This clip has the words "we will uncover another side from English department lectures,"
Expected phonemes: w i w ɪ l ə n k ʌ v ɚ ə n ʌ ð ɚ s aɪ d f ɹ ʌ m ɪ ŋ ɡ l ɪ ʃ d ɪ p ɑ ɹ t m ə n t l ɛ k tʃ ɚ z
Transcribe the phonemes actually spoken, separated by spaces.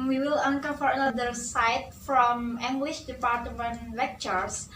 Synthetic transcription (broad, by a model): w i w ɪ l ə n k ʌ f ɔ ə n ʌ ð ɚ s aɪ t f ɹ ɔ m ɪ ŋ ɡ l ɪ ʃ d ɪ p ɑ ɹ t m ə n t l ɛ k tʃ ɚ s